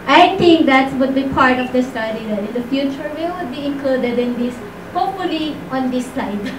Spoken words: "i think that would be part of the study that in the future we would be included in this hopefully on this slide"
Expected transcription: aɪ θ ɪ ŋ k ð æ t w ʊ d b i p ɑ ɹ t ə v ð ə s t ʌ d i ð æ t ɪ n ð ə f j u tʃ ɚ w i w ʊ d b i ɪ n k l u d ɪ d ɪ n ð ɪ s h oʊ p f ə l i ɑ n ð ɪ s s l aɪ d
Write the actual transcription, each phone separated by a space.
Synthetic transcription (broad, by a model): aɪ t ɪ ŋ k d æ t w ʊ d b i p ɑ ɹ t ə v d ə s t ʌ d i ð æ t ɪ n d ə f j u tʃ ɚ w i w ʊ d b i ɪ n k l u d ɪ d ɪ n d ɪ s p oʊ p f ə l i ɑ n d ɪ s s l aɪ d